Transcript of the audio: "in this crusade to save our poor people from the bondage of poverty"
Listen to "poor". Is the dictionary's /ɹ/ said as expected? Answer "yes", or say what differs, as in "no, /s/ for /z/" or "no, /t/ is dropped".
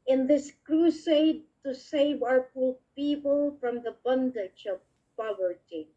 no, /l/ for /ɹ/